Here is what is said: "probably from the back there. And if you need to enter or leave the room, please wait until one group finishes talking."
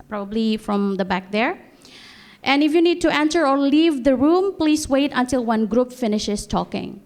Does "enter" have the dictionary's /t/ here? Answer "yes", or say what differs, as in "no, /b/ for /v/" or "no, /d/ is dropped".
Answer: no, /s/ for /t/